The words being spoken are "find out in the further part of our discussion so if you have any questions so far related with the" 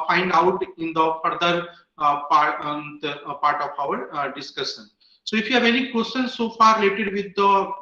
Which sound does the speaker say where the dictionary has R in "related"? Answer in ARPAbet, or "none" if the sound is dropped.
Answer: R